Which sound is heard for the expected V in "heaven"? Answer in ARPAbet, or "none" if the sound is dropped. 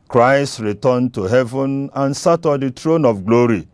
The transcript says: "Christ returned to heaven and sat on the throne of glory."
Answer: V